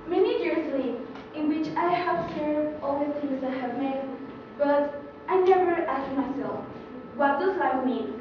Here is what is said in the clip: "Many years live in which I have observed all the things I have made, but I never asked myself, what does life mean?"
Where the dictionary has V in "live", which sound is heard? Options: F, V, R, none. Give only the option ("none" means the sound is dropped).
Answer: none